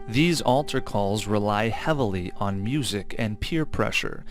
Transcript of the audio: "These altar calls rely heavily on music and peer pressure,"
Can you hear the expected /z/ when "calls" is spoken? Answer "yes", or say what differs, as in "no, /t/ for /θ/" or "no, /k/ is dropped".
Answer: yes